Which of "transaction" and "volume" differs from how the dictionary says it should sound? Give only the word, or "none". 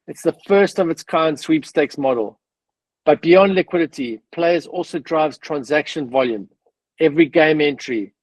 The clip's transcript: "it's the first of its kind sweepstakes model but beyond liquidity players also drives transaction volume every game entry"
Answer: none